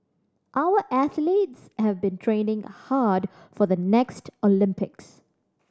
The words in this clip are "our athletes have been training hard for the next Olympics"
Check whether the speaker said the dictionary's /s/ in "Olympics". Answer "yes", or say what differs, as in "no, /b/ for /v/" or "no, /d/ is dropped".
yes